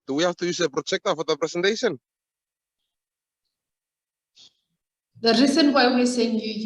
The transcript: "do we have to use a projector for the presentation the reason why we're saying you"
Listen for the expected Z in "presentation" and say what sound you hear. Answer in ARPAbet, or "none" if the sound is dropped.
S